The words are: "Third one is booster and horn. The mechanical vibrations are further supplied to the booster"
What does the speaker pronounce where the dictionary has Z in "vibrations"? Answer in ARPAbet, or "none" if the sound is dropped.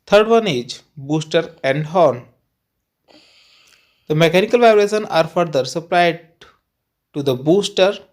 none